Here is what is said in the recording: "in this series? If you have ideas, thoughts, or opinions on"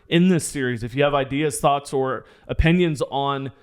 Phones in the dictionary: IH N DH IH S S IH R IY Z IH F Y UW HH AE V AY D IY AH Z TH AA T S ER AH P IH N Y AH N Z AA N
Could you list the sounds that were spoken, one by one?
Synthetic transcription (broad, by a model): IH N DH IH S S IH R IY Z IH F Y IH V AY D IY AH Z TH AA T S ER AH P IH N Y AH N Z N